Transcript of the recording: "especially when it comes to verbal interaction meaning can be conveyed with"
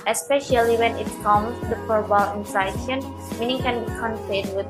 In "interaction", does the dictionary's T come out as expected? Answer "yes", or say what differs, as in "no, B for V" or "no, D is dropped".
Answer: no, S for T